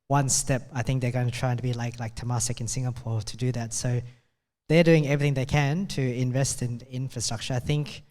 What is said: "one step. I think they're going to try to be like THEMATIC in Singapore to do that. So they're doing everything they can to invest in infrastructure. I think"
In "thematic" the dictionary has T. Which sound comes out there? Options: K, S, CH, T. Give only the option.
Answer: S